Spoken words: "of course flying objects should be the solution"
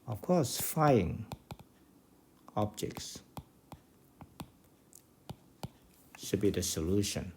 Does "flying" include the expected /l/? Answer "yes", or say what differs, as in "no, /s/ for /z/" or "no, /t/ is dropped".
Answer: no, /l/ is dropped